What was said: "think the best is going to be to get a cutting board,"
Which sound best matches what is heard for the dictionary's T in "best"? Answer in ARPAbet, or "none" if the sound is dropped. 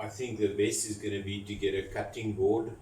none